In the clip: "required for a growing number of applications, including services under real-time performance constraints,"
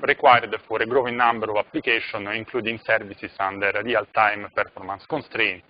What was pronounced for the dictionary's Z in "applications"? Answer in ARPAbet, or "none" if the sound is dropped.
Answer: none